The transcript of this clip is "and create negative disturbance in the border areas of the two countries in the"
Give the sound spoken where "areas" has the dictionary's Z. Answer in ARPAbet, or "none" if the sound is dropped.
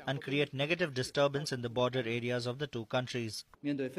Z